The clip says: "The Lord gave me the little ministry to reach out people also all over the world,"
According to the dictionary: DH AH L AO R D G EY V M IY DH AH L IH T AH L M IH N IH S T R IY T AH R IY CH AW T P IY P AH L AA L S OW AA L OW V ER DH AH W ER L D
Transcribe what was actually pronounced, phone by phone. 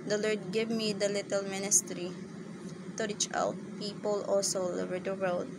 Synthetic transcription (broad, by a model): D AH L AO R D G EY V M IY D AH L IH T AH L M IH N IH S T R IY T AH R IY CH AW T P IY P AH L AA L S OW L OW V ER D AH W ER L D